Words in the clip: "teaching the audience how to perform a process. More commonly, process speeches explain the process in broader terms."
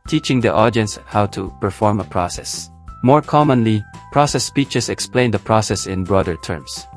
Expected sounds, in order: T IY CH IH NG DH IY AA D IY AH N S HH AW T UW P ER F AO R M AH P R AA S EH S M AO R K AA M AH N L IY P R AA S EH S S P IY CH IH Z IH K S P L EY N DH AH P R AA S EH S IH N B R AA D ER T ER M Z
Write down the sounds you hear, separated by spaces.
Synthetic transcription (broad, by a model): T IY CH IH NG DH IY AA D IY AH N S HH AW T UW P ER F AO R M AH P R AA S EH S M AO R K AA M AH N L IY P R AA S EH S S P IY CH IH S IH K S P L EY N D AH P R AA S EH S IH N B R AA D ER T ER M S